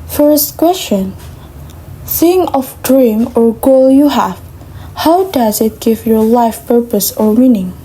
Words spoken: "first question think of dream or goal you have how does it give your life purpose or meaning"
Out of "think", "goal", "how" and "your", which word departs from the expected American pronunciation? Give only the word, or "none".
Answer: think